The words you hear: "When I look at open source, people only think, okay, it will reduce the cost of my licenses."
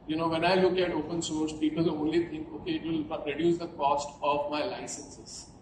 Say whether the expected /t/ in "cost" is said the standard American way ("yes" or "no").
yes